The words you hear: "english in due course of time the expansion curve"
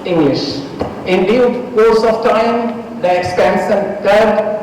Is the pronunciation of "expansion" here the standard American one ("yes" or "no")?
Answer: no